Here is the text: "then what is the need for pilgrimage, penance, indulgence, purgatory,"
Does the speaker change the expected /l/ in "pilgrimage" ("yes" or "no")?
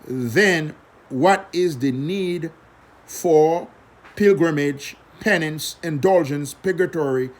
no